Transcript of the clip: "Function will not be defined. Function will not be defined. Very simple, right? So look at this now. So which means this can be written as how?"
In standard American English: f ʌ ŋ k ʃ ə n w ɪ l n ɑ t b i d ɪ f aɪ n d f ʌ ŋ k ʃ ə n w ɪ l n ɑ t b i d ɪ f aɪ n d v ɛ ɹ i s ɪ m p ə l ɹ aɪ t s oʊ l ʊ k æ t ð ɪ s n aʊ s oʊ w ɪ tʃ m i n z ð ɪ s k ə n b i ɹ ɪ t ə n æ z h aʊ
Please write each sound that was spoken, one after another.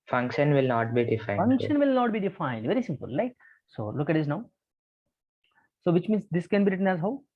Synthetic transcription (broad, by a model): f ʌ ŋ k ʃ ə n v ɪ l n ɑ t b i d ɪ f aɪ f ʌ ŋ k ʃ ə n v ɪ l n ɑ t b i d ɪ f aɪ n d v ɛ ɹ i s ɪ m p ə l l aɪ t s oʊ l ʊ k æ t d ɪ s n aʊ s oʊ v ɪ tʃ m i n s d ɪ s k ə n b i ɹ ɪ t ə n æ z h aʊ